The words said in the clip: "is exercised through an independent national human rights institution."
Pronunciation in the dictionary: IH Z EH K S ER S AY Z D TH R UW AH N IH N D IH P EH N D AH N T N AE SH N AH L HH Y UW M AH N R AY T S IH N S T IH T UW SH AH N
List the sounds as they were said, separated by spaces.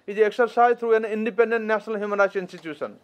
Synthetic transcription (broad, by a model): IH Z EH K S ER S AY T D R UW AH N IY N D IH P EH N D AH N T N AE S N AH L HH Y UW M AH N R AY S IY N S T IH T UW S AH N